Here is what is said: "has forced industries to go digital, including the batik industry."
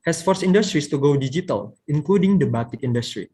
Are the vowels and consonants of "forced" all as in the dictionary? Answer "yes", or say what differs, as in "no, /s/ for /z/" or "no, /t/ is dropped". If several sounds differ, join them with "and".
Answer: no, /t/ is dropped